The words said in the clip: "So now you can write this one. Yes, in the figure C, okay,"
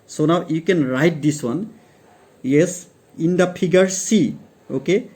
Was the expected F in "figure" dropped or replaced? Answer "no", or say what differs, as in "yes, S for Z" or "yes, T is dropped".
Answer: yes, P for F